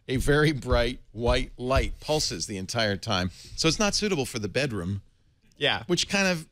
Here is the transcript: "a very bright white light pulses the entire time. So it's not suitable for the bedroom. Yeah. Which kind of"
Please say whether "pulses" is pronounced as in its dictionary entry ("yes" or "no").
yes